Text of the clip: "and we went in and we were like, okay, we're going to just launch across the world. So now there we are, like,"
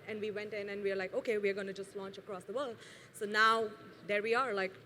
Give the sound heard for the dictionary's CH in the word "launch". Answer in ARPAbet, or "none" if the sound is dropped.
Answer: CH